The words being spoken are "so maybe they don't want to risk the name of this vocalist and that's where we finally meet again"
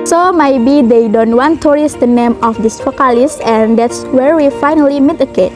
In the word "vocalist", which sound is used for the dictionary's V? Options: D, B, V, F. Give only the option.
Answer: F